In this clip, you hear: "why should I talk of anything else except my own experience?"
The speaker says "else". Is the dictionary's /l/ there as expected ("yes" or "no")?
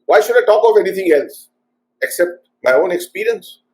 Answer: yes